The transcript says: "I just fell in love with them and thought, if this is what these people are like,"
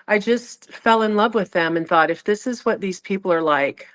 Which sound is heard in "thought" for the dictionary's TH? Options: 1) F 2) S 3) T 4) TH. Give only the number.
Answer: 4